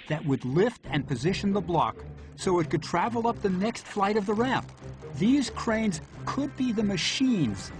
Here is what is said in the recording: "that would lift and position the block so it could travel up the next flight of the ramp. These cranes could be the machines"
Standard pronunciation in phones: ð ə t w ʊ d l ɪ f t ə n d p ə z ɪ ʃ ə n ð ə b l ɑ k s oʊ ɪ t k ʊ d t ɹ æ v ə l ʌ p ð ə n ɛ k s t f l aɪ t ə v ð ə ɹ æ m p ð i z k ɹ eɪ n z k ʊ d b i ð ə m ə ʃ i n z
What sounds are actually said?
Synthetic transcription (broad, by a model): ð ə t w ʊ d l ɪ f t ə n p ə z ɪ ʃ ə n ð ə b l ɑ k s oʊ ɪ t k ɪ d t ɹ æ v l ʌ p ð ə n ɛ k s t f l aɪ t ə v ð ə ɹ æ m p ð i z k ɹ eɪ n z k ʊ d b i ð ə m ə ʃ i n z